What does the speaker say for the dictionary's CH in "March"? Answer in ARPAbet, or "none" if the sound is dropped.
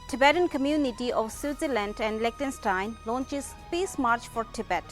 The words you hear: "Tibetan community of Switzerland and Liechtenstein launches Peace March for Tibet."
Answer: CH